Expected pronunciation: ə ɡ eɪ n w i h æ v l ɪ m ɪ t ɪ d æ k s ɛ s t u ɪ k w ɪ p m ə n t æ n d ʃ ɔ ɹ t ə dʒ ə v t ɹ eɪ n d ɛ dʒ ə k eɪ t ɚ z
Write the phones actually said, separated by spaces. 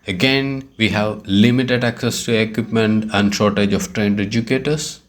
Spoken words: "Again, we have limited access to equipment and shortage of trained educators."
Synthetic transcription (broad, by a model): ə ɡ eɪ n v i h æ v l ɪ m ɪ t ɪ d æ k s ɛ s t u ɪ k w ɪ p m ə n t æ n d ʃ ɔ ɹ t ə dʒ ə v t ɹ eɪ n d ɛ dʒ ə k eɪ t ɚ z